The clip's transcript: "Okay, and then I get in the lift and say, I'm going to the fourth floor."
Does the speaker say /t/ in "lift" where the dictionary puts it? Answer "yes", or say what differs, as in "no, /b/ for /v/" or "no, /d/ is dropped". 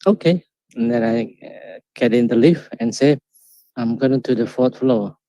no, /t/ is dropped